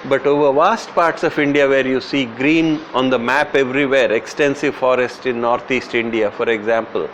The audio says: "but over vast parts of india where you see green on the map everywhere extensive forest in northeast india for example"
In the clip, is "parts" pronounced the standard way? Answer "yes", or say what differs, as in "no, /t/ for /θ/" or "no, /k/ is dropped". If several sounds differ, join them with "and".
yes